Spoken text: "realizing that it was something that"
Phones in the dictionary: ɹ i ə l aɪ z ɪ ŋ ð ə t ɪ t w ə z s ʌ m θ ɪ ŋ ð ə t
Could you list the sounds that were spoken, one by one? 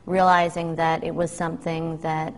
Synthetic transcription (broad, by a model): ɹ i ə l aɪ z ɪ ŋ ð ə t ɪ t w ə z s ʌ m θ ɪ ŋ ð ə t